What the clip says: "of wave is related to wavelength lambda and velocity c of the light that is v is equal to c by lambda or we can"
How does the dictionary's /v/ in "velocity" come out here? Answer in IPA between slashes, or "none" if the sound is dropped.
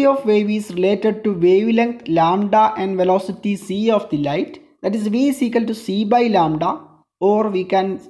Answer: /v/